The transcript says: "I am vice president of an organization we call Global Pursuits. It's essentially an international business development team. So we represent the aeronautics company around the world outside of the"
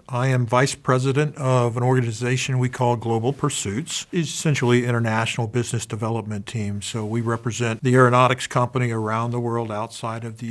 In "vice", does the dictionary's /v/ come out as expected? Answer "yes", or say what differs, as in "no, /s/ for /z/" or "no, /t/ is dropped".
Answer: yes